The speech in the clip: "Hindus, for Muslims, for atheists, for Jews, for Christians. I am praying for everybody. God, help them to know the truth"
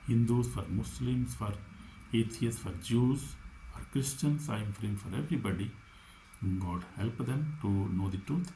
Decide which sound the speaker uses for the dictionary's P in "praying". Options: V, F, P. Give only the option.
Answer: F